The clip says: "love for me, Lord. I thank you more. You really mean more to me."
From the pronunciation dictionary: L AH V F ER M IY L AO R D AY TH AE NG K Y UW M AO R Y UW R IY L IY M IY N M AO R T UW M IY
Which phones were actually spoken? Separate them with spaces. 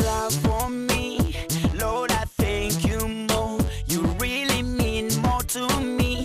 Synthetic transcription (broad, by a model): L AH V F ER M IY L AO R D AY TH AE NG K Y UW M AO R Y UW R IY L IY M IY N M AO R T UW M IY